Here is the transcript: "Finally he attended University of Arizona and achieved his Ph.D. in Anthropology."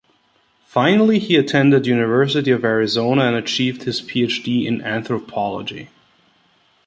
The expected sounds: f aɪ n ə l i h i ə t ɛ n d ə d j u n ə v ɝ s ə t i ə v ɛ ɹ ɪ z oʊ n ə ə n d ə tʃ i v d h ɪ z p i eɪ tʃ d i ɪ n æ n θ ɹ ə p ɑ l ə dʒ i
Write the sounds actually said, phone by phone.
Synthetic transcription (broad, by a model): f aɪ n l i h i ə t ɛ n d ə d j u n ə v ɝ s ə t i ə v ɛ ɹ ɪ z oʊ n ə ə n ə tʃ i v d h ɪ z p i eɪ tʃ d i ɪ n æ n θ ɹ ə p ɑ l ə dʒ i